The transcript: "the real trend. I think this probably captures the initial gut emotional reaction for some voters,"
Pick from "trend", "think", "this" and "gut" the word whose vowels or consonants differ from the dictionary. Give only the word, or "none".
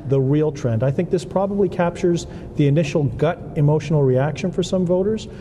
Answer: none